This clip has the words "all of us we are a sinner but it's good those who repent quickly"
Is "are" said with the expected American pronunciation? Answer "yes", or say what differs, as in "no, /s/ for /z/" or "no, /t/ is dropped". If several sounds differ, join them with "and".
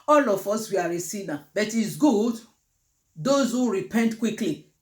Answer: yes